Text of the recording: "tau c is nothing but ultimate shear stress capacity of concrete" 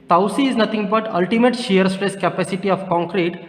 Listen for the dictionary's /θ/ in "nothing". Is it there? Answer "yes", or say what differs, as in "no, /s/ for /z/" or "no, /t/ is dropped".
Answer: no, /t/ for /θ/